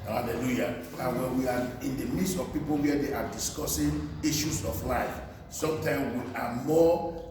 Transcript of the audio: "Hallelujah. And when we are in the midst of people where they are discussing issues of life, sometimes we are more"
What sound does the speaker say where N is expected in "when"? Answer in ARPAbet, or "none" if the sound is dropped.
L